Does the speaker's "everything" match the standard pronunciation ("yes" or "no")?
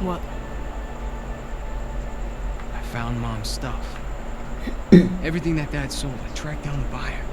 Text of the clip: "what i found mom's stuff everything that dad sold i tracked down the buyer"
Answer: yes